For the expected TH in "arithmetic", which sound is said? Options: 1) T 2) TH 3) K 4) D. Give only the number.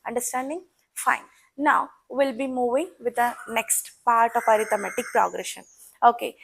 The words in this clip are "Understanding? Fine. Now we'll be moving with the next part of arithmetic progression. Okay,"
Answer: 1